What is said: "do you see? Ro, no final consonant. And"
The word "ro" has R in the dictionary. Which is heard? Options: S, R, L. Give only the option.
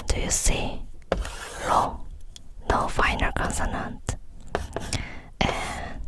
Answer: L